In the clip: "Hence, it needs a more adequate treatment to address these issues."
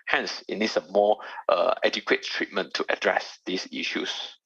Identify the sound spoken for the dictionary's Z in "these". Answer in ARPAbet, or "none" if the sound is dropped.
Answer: S